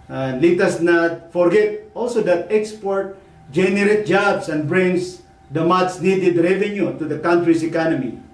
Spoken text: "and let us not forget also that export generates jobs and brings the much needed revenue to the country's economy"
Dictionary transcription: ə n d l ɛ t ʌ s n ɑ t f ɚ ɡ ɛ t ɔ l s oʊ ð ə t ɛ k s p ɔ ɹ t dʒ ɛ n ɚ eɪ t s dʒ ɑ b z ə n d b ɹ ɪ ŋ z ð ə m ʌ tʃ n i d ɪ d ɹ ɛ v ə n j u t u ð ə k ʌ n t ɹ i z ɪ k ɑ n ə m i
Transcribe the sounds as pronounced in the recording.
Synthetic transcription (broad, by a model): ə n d l ɛ t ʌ s n ɑ t f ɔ ɡ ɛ t ɔ l s oʊ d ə t ɛ k s p ɔ ɹ t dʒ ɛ n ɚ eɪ t dʒ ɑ b s ə n d b ɹ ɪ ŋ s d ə m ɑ s n i d ɪ d ɹ ɛ v ə n j u t u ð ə k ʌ n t ɹ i s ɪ k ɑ n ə m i